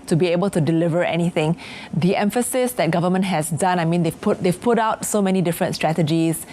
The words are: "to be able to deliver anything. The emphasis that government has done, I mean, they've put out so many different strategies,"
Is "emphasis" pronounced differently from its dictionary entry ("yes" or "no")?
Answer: no